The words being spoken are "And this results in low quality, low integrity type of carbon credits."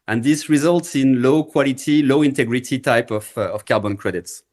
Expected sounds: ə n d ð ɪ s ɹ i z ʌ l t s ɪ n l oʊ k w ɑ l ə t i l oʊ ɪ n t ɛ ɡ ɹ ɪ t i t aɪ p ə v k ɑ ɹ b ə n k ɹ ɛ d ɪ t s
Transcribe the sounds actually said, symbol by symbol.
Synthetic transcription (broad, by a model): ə n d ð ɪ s ɹ i z ʌ l t s ɪ n l oʊ k w ɑ l ə t i l oʊ ɪ n t ɛ ɡ ɹ ɪ t i t aɪ p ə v k ɑ ɹ b ə n k ɹ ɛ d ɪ t s